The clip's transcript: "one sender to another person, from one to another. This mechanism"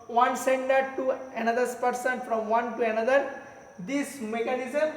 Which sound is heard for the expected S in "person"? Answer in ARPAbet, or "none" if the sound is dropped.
S